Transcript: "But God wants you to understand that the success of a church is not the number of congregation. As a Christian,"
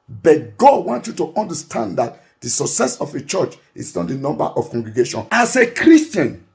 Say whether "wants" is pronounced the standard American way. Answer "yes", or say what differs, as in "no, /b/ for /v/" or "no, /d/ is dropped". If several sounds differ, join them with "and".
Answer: no, /s/ is dropped